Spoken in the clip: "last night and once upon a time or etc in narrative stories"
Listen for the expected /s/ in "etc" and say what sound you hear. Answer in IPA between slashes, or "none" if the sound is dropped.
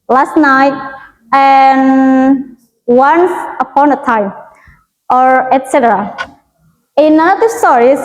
/s/